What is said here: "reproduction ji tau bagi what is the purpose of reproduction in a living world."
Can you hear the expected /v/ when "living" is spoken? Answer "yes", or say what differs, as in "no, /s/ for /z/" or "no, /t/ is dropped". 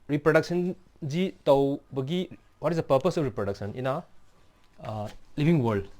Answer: no, /b/ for /v/